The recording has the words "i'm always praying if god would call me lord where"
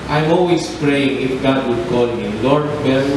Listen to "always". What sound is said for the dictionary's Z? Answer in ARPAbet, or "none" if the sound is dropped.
S